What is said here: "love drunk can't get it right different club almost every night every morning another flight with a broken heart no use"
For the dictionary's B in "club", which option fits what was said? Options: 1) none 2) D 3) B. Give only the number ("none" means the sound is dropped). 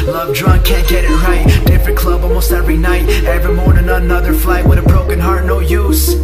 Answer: 3